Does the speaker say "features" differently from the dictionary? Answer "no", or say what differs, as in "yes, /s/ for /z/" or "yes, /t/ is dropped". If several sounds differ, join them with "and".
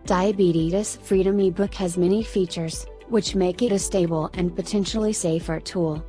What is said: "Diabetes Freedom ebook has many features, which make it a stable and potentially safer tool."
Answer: no